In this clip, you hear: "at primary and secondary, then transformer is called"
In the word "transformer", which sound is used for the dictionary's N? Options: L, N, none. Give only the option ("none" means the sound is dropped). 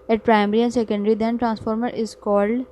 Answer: N